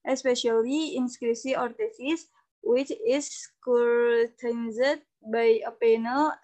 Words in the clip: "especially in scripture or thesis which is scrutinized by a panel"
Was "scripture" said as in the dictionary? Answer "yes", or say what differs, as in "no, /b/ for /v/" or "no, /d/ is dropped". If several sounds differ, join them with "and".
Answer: no, /s/ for /tʃ/